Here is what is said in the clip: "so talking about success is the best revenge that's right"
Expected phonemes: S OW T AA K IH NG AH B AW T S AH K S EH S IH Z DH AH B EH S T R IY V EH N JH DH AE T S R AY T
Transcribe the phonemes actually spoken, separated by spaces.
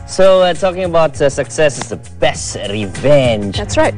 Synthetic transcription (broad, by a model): S OW T AA K IH NG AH B AW T S AH K S EH S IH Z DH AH B EH S T R IY V EH N JH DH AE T S R AY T